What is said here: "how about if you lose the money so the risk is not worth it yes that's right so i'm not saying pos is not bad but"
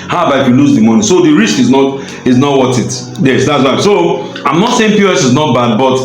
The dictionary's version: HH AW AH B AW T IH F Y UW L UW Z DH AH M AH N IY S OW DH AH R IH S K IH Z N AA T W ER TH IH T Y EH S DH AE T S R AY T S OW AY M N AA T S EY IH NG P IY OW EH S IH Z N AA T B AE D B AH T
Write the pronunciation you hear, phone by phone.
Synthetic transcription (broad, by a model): HH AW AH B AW IH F Y UW L UW Z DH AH M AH N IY S OW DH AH R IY S K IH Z N AA T W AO T IH T Y EH S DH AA T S W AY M S OW AY M N AA T S EY IH NG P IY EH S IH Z N AA T B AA D B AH T